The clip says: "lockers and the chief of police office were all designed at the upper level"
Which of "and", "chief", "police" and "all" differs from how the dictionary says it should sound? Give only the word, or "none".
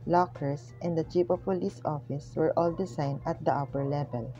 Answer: chief